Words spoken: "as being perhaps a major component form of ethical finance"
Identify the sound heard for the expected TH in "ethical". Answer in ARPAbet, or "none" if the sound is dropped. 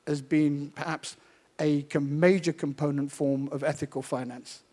TH